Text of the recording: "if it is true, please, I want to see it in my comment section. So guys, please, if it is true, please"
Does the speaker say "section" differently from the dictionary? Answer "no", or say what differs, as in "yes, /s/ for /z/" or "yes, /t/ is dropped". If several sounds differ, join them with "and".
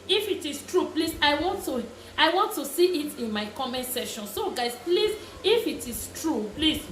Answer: yes, /k/ is dropped